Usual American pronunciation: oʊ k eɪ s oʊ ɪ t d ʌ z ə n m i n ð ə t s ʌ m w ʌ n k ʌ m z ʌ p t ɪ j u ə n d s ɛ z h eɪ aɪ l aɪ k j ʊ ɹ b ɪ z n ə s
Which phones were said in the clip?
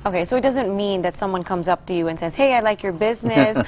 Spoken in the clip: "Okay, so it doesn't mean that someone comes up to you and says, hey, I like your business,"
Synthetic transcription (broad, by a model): oʊ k eɪ s oʊ ɪ t d ʌ z ə n m i n ð ə t s ʌ m w ʌ n k ʌ m z ʌ p t ɪ j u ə n s ɛ z h eɪ aɪ l aɪ k j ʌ ɹ b ɪ z n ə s